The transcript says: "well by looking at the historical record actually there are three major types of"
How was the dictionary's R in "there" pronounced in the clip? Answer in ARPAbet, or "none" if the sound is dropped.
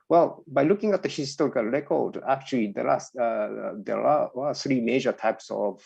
L